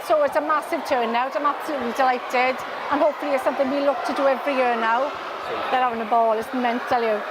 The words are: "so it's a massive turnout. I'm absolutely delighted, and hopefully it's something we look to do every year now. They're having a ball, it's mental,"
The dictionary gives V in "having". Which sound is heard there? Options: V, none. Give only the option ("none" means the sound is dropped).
none